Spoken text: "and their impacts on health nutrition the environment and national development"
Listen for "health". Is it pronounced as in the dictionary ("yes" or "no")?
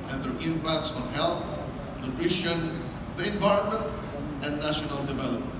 no